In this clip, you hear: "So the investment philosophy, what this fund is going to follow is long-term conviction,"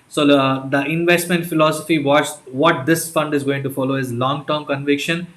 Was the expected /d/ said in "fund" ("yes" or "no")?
yes